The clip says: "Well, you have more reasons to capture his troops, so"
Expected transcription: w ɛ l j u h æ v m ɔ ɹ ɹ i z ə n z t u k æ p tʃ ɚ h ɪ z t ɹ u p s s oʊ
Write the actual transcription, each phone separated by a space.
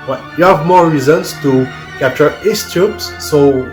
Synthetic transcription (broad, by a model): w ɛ j u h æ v m ɔ ɹ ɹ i z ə n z t u k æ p tʃ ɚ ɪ s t u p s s oʊ